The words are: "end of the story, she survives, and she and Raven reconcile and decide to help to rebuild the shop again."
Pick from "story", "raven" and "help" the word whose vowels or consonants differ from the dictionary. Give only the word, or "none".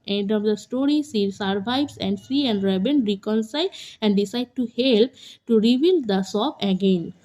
raven